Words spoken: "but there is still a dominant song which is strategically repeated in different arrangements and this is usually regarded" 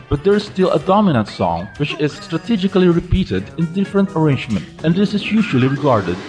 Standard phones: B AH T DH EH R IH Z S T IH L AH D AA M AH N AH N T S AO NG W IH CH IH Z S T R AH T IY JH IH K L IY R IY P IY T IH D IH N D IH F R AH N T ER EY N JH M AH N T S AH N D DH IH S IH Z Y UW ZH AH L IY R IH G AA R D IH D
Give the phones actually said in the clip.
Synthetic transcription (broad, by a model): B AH T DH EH R IH Z S T IH L AH D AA M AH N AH N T S AO NG W IH CH IH Z S T R AH T IY JH IH K L IY R IY P IY T IH D IH N D IH F R AH N T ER EY N JH M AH N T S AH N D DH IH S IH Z Y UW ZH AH L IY R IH G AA R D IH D